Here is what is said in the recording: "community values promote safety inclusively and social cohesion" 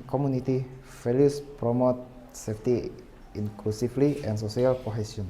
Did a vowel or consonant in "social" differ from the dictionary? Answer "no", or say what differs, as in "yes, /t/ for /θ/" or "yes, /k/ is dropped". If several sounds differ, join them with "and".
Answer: yes, /s/ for /ʃ/